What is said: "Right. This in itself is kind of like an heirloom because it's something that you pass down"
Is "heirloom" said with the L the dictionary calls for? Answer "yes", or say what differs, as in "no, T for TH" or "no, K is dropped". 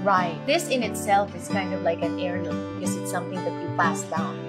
no, N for L